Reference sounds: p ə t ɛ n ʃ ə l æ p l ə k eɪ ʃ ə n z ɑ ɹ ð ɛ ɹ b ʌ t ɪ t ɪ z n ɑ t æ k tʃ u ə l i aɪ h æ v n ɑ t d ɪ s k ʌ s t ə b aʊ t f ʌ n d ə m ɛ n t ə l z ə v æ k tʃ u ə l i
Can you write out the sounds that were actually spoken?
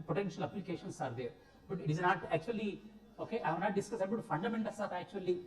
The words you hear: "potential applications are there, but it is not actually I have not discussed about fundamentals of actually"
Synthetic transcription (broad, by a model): p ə t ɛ n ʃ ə l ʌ p l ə k eɪ ʃ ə n s ɑ ɹ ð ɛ ɹ b ʌ t ɪ t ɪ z n ɑ t æ k tʃ u ə l i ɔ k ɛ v n ɑ t d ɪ s k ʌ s ə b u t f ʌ n d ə m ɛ n t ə l s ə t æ k tʃ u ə l i